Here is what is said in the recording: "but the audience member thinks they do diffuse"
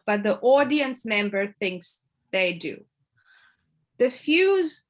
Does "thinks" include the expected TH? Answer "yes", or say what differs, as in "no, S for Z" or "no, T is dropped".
yes